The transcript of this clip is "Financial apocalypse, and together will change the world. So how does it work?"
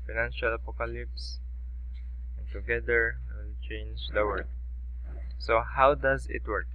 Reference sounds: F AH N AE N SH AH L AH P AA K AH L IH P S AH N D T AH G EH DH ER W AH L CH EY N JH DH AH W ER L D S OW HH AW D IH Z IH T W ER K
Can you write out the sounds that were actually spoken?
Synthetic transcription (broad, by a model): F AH N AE N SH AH L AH P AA K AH L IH P S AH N T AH G EH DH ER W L CH EY N JH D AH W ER D S OW HH AW D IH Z IH T W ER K